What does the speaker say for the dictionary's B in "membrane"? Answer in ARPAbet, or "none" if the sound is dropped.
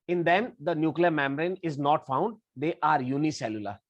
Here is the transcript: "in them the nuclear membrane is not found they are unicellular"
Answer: none